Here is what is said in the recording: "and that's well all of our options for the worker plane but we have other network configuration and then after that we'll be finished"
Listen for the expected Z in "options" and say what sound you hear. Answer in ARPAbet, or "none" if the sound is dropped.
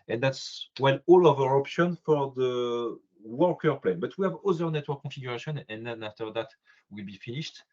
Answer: none